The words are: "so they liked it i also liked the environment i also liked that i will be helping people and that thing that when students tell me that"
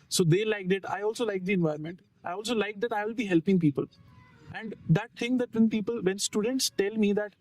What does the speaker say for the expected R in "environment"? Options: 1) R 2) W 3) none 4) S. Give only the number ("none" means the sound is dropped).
3